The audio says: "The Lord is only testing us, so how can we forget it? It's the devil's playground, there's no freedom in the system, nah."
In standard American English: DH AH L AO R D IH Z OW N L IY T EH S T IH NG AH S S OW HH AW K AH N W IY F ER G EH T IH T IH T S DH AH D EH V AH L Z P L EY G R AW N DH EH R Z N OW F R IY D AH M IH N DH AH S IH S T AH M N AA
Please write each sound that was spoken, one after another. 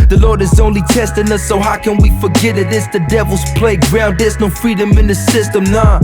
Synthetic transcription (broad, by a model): DH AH L AO R D IH Z OW N L IY T EH S T IH NG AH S S OW HH AW K AH N W IY F ER G EH T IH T IH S DH AH D EH V L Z P L EY G R AW N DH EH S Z N OW F R IY D AH M IH N DH AH S IH S T AH M N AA